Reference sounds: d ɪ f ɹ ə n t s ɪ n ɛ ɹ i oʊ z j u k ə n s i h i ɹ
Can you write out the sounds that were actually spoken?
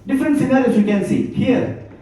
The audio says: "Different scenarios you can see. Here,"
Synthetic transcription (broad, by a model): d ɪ f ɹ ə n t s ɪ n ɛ l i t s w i k ə n s i h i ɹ